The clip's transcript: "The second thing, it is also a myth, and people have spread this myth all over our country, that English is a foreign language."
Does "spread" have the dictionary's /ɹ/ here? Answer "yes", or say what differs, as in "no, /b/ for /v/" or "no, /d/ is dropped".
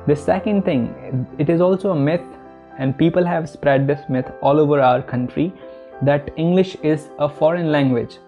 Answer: yes